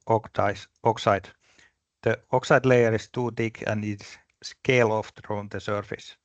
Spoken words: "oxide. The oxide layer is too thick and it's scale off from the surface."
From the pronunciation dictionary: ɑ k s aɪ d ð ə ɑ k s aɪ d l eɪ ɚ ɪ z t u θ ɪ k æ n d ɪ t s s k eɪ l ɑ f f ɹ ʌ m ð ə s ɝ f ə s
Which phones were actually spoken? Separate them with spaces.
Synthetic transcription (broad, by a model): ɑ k s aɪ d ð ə ɑ k s aɪ d l eɪ ɚ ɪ s t u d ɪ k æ n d ɪ t s s k eɪ l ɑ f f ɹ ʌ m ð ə s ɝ f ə s